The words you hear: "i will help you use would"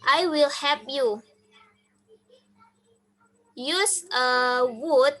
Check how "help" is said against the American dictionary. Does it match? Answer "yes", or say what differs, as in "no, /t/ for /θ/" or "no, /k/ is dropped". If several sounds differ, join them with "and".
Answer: no, /l/ is dropped